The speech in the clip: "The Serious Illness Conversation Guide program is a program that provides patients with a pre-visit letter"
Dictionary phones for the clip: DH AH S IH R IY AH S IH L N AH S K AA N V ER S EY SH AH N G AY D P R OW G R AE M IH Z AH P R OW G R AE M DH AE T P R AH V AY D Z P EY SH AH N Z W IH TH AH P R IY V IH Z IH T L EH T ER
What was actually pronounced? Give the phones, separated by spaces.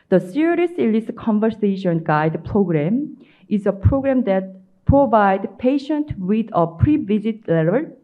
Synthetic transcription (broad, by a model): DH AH S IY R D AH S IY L AH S K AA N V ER S EY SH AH N G AY D P R OW G R AE M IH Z AH P R OW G R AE M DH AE T P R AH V AY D P EY SH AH N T W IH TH AH P R IY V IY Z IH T L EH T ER